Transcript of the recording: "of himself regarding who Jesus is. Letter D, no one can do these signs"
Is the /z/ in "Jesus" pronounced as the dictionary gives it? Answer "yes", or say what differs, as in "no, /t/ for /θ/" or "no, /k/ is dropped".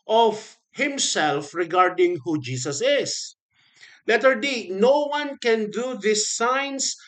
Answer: no, /s/ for /z/